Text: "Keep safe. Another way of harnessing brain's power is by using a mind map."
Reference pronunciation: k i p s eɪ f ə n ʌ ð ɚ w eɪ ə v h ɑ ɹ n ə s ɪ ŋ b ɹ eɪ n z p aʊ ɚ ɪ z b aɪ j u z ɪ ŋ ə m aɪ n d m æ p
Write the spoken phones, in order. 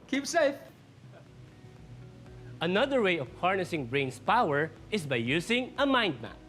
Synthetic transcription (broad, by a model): k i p s eɪ f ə n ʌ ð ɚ w eɪ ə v h ɑ ɹ n ə s ɪ ŋ b ɹ eɪ n s p aʊ ɚ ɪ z b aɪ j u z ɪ ŋ ə m aɪ n d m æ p